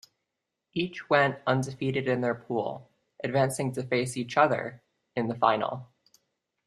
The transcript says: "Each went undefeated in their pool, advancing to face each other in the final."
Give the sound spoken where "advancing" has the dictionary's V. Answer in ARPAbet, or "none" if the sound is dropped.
V